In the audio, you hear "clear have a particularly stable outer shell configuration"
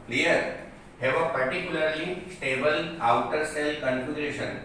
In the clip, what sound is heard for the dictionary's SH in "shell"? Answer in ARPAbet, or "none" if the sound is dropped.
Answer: S